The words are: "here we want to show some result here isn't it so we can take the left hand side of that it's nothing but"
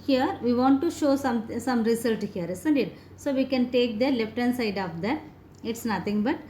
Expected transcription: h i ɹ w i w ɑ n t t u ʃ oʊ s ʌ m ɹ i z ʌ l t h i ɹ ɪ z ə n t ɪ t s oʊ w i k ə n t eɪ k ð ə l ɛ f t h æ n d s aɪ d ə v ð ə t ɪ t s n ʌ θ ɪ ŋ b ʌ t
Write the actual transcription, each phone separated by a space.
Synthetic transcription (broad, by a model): h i ɹ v i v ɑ n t t u ʃ oʊ s ʌ m ɹ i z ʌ l t h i ɹ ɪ s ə n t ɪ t s oʊ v i k ə n t eɪ k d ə l ɛ f t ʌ n s aɪ d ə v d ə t ɪ t s n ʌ t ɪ ŋ b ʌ t